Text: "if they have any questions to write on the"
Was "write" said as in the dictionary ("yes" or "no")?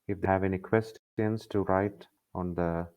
yes